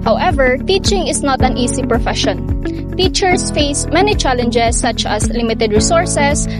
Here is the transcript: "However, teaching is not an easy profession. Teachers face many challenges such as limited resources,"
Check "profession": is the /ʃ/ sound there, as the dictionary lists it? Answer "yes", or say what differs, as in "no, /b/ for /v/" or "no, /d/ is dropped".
yes